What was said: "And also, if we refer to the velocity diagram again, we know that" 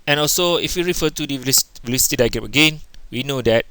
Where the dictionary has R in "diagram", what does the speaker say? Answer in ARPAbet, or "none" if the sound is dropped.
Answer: none